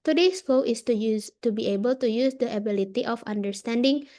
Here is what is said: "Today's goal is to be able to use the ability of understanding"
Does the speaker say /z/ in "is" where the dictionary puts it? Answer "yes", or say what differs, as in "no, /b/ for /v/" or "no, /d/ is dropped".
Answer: no, /s/ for /z/